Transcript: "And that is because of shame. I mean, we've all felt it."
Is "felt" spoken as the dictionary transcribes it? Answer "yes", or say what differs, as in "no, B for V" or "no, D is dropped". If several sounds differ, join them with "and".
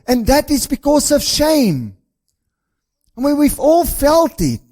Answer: yes